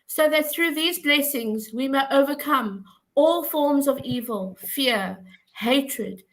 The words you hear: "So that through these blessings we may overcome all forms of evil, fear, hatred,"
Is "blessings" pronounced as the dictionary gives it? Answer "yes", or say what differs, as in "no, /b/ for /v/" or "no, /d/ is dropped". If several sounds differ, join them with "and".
yes